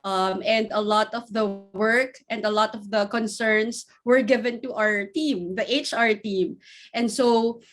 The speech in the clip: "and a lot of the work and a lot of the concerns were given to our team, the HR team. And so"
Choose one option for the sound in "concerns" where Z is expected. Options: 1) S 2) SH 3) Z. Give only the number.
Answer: 1